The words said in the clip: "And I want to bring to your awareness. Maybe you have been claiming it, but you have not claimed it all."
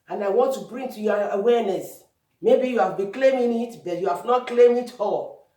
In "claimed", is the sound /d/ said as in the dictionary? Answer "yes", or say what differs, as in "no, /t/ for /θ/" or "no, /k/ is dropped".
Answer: no, /d/ is dropped